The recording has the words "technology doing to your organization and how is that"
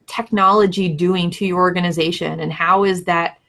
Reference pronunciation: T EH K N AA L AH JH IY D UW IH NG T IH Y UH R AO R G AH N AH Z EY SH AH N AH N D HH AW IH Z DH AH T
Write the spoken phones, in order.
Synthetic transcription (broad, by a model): T EH K N AA L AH JH IY D UW IH NG T IH Y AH R AO R G AH N AH Z EY SH AH N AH N HH AW IH Z DH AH T